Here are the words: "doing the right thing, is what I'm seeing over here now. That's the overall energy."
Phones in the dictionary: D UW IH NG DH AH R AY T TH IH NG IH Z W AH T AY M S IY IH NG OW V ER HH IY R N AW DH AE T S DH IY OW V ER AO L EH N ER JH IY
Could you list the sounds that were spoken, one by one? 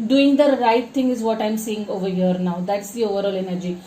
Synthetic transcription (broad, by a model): D UW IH NG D AH R AY T T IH NG IH Z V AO T AY M S IY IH NG OW V ER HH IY R N AW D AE T S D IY OW V ER AO L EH N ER JH IY